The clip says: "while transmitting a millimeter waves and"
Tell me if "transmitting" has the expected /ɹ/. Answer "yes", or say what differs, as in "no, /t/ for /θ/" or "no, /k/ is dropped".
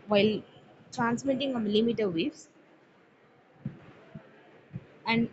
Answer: yes